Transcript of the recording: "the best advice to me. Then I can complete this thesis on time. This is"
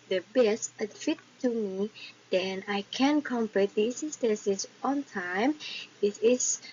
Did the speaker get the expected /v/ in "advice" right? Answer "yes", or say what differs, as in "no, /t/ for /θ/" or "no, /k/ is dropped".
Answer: no, /f/ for /v/